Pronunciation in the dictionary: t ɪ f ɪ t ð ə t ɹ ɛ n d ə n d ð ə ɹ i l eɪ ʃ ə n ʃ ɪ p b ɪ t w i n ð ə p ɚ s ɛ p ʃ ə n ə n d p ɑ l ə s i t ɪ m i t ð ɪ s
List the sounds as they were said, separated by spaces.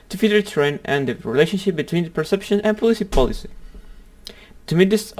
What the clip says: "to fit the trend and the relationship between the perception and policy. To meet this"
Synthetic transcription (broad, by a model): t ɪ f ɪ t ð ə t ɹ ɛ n ə n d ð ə ɹ i l eɪ ʃ ə n ʃ ɪ p b ɪ t w i n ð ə p ɚ s ɛ p ʃ ə n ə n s p ɑ l ə s i t ɪ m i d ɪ s